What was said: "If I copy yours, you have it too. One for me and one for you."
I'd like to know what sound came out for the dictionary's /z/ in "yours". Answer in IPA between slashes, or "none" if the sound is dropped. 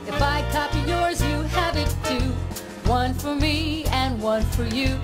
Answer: /z/